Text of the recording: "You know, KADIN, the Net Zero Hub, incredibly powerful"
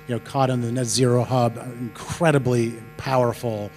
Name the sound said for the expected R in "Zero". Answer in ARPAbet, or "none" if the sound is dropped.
R